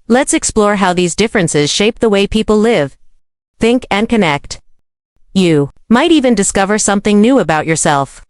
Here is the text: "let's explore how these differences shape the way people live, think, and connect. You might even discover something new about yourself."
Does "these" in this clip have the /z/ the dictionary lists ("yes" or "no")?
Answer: yes